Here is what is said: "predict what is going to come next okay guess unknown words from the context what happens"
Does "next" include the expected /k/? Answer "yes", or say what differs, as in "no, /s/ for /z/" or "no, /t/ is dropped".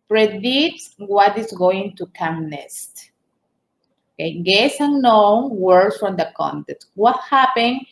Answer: no, /k/ is dropped